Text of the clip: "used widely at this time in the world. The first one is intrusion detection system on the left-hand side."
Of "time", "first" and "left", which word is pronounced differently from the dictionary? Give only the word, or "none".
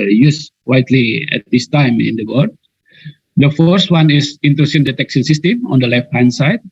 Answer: none